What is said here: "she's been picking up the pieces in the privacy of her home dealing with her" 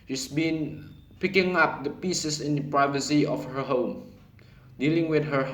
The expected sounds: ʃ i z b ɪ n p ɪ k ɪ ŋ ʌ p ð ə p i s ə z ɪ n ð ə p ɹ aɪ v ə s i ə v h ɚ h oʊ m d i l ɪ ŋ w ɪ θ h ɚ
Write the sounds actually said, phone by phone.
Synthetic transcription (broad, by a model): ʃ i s b ɪ n p ɪ k ɪ ŋ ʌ p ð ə p i s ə s ɪ n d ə p ɹ aɪ v ə s i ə f h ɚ h oʊ m d i l ɪ ŋ w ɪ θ h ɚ